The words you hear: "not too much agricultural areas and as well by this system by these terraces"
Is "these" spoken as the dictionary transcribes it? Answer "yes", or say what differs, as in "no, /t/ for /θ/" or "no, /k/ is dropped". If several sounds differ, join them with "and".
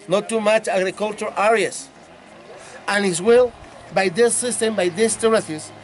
no, /s/ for /z/